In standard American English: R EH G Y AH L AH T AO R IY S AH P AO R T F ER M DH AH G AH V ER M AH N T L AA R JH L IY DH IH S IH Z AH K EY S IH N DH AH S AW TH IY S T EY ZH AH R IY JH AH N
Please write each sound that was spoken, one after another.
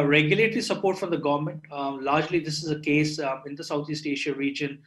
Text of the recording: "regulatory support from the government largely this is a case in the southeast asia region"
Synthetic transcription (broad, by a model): R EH G Y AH L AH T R IY S AH P AO R T F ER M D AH G AH V ER M AH N T L AA R JH L IY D IH S IH Z AH K EY S IH N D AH S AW T IY S T EY SH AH R IY JH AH N